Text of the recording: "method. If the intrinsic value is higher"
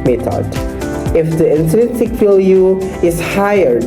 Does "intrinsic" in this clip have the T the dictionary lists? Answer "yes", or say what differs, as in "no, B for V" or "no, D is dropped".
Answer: no, S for T